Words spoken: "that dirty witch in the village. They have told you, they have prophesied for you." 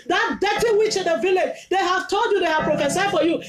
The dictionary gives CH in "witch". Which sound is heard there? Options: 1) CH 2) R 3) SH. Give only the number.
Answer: 1